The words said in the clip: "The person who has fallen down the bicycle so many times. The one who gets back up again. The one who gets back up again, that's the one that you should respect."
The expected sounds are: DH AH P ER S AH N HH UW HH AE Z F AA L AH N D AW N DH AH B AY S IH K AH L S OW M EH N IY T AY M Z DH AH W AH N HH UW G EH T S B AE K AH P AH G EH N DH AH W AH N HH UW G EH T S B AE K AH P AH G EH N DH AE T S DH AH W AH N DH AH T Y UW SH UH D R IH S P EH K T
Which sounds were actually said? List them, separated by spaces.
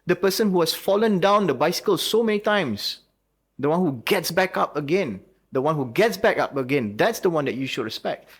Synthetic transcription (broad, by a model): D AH P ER S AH N HH UW HH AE S F AA L AH N D AW N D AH B AY S IH K AH L S OW M EH N IY T AY M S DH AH W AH N HH UW G EH T S B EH K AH P AH G EH N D AH W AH N HH UW G EH T S B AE K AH P AH G EH N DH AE T S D AH W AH N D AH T Y UW SH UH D R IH S P EH K T